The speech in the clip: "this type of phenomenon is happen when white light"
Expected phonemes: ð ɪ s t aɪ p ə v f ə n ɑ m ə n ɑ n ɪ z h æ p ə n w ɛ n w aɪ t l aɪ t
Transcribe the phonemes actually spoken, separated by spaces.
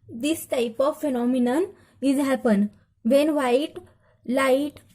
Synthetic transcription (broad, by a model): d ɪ s t aɪ p ə v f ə n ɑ m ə n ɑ n ɪ z h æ p ə n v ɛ n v aɪ t l aɪ t